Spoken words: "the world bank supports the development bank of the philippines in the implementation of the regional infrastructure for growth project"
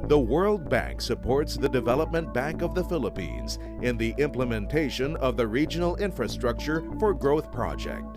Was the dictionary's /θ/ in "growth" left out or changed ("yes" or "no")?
no